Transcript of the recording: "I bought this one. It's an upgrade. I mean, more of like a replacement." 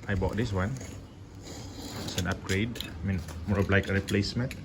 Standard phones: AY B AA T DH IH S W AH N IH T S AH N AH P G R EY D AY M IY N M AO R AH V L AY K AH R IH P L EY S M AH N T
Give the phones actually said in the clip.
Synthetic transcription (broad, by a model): AY B AA T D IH S W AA N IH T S AH N AH P G R EY D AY M IY N M AO R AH B L AY K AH R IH P L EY S M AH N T